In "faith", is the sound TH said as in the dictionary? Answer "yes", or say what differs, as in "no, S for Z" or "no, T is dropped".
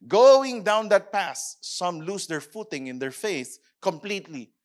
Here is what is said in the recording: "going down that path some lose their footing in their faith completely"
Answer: no, S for TH